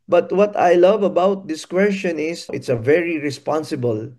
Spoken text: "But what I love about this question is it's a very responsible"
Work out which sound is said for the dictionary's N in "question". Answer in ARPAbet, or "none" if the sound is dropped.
N